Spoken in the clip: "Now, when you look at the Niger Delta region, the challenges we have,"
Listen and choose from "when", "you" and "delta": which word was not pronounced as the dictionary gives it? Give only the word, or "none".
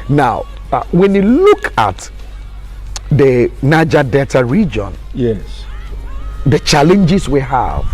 delta